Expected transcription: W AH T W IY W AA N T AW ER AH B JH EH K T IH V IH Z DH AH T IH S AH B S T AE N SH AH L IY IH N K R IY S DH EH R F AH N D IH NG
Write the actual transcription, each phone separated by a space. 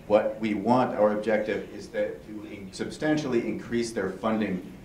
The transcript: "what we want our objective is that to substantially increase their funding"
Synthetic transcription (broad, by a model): W AH T W IY W AA N T AW ER AH B JH EH K T IH V IH Z DH AH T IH S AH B S T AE N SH L IY IH N K R IY S DH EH R F AH N D IH NG